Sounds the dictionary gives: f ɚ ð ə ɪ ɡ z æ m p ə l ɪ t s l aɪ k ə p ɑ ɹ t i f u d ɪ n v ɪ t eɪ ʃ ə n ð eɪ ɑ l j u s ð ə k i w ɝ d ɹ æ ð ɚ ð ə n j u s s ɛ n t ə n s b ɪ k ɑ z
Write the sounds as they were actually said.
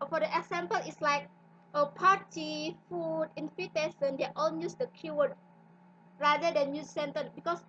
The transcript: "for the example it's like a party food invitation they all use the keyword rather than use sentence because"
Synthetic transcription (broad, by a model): f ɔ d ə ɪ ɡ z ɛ m p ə l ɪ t s l aɪ k ə p ɑ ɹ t i f u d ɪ n f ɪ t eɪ s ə n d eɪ ɑ l j u s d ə k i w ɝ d ɹ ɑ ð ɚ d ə n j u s s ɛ n t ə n b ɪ k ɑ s